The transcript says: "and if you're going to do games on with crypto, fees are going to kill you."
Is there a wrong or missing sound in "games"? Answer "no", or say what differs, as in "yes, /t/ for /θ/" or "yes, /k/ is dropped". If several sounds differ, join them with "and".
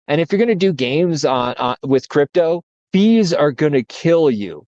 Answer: no